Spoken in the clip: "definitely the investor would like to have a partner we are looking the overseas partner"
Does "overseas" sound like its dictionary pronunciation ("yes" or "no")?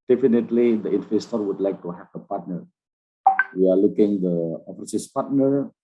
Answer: no